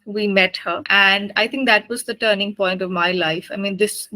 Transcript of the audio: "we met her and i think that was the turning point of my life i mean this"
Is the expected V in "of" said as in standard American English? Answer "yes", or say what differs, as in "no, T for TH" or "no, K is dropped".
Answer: yes